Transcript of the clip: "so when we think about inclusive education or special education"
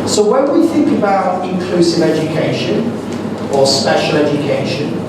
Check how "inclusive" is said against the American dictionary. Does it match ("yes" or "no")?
yes